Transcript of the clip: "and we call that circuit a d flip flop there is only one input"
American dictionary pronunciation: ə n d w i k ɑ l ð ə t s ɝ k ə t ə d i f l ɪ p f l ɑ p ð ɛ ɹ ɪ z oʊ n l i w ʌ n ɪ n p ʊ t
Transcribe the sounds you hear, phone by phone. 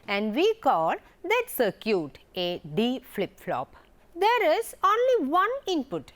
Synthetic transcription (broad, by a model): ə n d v i k ɑ l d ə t s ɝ k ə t ə d i f l ɪ p f l ɑ p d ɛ ɹ ɪ z oʊ n l i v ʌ n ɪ n p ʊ t